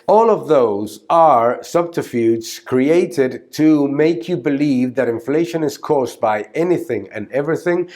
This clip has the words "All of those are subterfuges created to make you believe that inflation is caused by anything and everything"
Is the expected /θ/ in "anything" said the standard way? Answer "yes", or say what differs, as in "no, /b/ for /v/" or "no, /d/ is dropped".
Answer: yes